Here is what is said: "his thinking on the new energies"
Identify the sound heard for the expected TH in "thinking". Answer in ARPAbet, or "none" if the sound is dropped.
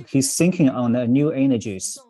S